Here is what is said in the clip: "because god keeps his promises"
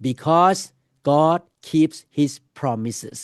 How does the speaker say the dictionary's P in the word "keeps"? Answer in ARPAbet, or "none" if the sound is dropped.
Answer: P